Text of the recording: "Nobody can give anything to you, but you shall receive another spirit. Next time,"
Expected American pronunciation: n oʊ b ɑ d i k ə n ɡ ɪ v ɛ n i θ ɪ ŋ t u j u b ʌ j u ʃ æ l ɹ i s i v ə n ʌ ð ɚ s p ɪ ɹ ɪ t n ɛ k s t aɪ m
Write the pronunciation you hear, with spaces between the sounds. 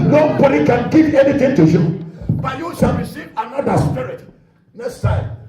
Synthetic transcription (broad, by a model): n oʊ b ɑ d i k ə n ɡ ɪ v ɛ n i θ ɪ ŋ t u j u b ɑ j u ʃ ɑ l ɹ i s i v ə n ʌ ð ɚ s p ɪ ɹ ɪ t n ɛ s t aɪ